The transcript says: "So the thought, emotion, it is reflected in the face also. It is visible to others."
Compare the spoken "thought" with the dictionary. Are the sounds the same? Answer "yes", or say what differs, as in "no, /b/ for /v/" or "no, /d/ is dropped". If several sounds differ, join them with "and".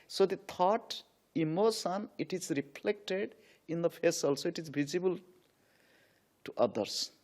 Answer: no, /t/ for /θ/